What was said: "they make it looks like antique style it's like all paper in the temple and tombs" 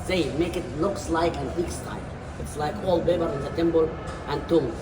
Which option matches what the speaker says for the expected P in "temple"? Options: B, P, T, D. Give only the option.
B